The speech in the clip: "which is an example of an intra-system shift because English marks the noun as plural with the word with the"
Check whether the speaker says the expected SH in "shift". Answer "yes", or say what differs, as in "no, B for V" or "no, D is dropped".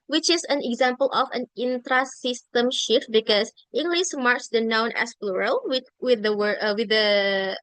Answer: yes